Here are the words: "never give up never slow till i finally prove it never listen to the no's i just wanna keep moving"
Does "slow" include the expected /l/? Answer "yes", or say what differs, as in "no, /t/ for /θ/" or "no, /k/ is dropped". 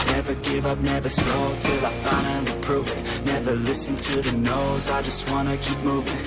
no, /l/ is dropped